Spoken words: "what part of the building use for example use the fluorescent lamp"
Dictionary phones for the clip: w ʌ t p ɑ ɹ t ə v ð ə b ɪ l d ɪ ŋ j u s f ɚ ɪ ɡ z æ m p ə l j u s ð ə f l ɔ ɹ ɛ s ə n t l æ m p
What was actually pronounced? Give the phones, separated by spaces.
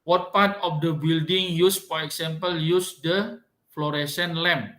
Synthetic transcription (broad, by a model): w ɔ t p ɑ ɹ t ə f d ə b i l d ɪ ŋ j u s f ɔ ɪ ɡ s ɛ m p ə l j u s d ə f l ɔ ɹ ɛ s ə n l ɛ m